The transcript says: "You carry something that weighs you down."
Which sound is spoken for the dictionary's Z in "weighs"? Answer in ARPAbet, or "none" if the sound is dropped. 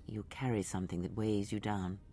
Z